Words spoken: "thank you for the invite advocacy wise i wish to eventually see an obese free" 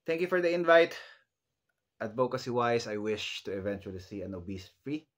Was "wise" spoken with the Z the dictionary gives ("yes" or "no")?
no